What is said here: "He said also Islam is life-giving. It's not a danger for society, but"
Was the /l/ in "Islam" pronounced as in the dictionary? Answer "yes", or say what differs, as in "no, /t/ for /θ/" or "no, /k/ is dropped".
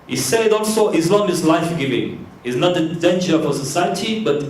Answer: no, /n/ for /l/